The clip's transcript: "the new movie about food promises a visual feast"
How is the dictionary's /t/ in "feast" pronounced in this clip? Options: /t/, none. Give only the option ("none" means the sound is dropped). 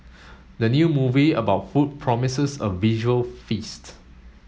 /t/